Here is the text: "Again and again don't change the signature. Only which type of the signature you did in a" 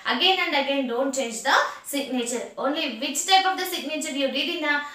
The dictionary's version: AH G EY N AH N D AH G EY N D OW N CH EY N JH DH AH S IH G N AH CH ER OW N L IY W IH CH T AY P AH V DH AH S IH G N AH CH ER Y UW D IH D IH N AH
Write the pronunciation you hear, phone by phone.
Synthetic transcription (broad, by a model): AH G EY N AH N D AH G EY N D OW N CH EY N JH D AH S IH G N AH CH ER OW N L IY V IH S T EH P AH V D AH S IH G N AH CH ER Y UW D IH D IH N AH